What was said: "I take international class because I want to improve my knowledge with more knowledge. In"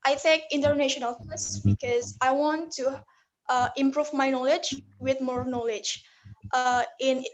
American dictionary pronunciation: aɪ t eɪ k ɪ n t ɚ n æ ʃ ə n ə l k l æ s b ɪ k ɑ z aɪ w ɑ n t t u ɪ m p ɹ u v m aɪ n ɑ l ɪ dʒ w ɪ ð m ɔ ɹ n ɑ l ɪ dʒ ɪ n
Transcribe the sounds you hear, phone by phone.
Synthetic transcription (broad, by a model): aɪ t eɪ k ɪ n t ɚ n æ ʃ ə n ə l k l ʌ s b ɪ k ɑ z aɪ w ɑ n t t u ɪ m p ɹ u v m aɪ n ɑ l ɪ dʒ w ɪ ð m ɔ ɹ n ɑ l ɪ dʒ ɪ n